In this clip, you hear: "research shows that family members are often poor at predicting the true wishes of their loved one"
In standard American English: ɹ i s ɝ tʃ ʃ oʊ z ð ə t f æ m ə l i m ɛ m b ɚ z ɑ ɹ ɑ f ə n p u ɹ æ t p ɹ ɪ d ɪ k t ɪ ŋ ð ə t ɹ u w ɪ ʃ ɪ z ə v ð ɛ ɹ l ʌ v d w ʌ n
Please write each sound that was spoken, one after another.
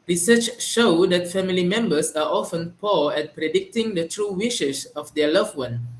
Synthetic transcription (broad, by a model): ɹ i s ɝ tʃ ʃ oʊ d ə t f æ m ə l i m ɛ m b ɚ s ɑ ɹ ɑ f ə n p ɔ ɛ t p ɹ ɪ d ɪ k t ɪ ŋ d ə t ɹ u w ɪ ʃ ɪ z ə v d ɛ l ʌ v w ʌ n